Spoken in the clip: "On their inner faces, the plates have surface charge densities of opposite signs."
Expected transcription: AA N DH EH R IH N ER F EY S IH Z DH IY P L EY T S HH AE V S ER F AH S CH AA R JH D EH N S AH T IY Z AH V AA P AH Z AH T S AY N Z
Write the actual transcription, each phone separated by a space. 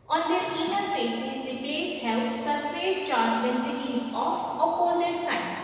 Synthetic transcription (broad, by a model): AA N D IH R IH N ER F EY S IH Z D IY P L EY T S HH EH P S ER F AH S CH AA R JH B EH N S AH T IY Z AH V AA P AH Z AH T S AY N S